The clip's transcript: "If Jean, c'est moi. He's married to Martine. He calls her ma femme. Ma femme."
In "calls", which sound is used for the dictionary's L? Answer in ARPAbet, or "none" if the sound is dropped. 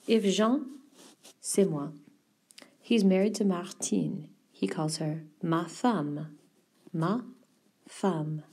L